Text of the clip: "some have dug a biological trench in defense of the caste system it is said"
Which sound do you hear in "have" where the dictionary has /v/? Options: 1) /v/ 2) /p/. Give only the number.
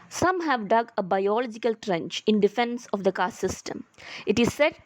1